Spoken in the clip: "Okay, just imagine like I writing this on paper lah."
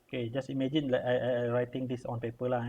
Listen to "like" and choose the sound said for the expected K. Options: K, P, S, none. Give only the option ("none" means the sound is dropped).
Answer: none